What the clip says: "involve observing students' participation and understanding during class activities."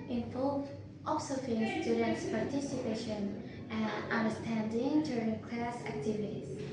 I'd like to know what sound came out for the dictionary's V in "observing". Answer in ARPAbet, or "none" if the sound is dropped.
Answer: F